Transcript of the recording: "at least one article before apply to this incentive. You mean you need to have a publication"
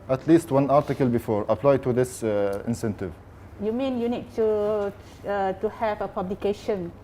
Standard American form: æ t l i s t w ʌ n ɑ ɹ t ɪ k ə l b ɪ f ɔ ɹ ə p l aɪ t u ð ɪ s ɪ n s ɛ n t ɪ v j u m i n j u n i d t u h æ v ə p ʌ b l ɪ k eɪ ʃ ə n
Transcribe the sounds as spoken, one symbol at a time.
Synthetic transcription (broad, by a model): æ t l i s t w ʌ n ɑ ɹ t ɪ k ə l b ɪ f ɔ ɹ ə p l aɪ t u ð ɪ s ɪ n s ɛ n t ɪ v j u m i n j u n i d t u h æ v ə p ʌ b l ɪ k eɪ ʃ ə n